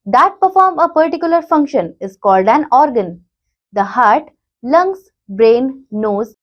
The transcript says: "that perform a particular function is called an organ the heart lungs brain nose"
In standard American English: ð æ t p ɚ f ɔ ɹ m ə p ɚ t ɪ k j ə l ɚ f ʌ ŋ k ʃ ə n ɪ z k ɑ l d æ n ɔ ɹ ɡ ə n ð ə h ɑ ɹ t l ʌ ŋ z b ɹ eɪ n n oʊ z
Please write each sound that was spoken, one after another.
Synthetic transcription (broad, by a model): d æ t p ɚ f ɔ ɹ m ə p ɚ t ɪ k j ə l ɚ f ʌ ŋ k ʃ ə n ɪ z k ɑ l d æ n ɔ ɹ ɡ ə n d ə h ɑ ɹ t l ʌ ŋ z b ɹ eɪ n n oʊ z